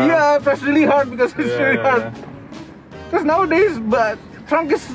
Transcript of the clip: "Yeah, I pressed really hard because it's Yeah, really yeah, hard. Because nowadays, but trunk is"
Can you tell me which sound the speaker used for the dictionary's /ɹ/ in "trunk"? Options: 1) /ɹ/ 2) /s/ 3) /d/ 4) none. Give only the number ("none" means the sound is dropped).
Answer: 1